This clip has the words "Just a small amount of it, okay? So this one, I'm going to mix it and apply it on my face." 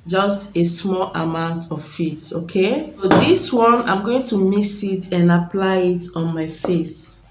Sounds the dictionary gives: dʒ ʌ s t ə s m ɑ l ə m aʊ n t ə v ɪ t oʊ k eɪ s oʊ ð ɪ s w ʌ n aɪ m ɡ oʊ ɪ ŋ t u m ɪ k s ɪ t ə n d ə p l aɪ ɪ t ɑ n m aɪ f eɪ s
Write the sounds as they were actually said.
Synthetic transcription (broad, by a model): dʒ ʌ s t ə s m ɑ l ə m aʊ n t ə f ɪ t oʊ k eɪ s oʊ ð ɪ s w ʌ n aɪ m ɡ oʊ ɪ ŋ t u m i s ɪ t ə n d ə p l aɪ ɪ t ɑ n m aɪ f eɪ s